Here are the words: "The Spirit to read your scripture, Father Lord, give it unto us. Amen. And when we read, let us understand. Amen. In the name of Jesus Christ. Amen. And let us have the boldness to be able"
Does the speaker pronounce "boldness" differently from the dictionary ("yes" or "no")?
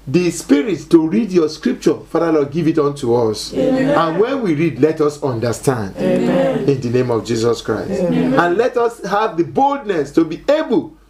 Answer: no